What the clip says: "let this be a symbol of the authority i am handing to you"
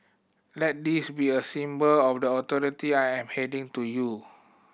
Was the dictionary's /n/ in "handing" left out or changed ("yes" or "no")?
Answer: yes